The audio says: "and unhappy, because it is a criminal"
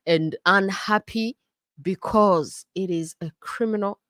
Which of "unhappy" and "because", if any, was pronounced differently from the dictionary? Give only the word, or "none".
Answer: none